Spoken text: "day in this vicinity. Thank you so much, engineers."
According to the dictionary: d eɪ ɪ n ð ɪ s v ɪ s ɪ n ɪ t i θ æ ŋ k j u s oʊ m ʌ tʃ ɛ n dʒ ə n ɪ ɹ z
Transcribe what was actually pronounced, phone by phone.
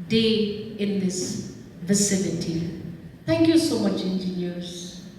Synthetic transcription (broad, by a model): d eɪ ɪ n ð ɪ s v ɪ s ɪ n ɪ t i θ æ ŋ k j u s oʊ m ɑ tʃ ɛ n dʒ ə n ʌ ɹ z